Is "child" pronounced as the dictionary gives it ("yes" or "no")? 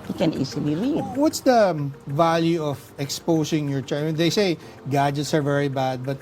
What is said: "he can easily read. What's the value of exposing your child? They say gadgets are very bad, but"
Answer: no